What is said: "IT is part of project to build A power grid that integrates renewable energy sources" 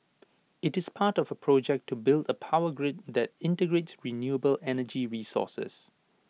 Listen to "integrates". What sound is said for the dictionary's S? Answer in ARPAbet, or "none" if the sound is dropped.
S